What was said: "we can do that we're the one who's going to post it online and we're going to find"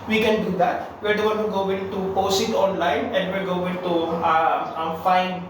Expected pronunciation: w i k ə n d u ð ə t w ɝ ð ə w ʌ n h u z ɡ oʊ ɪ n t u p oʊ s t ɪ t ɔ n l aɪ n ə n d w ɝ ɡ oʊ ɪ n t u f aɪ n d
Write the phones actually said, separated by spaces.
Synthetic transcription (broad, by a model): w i k ə n d u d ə t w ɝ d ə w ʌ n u ɡ oʊ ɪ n t u p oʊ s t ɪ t ɔ n l aɪ n ə n d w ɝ ɡ oʊ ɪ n t u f aɪ n d